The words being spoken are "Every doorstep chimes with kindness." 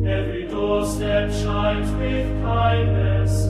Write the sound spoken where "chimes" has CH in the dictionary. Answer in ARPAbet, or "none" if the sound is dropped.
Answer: SH